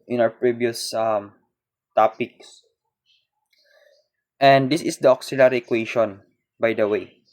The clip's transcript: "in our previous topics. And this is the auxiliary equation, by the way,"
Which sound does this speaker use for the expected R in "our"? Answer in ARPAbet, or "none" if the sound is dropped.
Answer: W